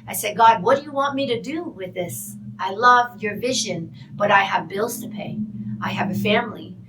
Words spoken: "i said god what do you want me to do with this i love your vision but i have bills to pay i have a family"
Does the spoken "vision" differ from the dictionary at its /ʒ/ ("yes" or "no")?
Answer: no